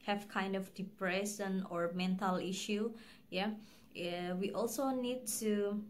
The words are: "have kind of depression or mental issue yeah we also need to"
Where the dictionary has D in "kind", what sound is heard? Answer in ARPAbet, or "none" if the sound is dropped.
D